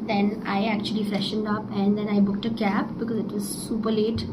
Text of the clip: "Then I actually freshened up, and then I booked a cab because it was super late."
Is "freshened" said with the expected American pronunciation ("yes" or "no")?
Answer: yes